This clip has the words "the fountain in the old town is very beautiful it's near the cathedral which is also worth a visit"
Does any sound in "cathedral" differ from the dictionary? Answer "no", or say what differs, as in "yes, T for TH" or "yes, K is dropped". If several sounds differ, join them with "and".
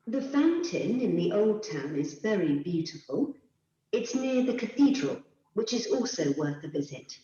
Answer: no